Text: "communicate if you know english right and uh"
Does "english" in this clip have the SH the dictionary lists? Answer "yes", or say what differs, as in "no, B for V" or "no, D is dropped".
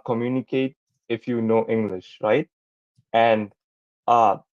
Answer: yes